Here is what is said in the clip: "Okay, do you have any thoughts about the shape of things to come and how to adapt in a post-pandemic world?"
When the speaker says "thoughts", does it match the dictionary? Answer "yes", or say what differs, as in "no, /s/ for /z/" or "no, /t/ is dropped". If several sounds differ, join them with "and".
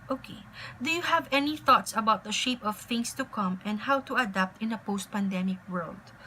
yes